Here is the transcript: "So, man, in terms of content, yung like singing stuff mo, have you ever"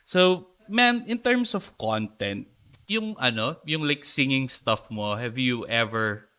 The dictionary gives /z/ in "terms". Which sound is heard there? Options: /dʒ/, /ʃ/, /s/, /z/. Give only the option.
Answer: /s/